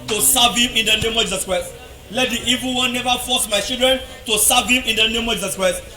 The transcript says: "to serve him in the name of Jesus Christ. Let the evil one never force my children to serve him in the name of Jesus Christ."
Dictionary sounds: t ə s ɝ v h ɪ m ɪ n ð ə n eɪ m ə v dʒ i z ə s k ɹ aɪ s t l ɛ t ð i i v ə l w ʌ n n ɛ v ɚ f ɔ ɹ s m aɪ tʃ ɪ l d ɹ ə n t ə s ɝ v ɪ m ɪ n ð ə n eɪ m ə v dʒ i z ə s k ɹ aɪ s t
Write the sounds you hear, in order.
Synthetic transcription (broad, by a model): t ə s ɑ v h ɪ m ɪ n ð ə n eɪ m ə v dʒ i z ə s k ɹ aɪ s t l ɛ t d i i v ə l w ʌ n n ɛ v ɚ f ɔ s m aɪ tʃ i l d ɹ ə n t ə s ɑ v ɪ m ɪ n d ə n eɪ m ə v dʒ i z ə s k ɹ aɪ s t